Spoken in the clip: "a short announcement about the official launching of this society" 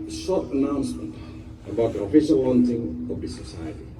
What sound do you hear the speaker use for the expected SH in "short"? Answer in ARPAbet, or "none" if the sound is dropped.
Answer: S